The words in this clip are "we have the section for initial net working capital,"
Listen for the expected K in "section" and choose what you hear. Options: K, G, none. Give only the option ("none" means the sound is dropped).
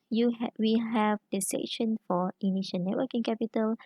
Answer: none